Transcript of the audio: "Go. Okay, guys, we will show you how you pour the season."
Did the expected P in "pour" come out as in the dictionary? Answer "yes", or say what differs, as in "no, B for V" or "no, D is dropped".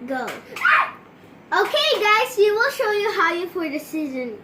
no, F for P